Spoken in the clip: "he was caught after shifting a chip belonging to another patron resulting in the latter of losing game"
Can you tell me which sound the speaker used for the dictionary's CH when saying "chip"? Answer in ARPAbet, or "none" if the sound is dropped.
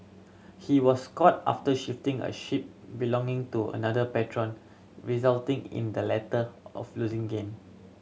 SH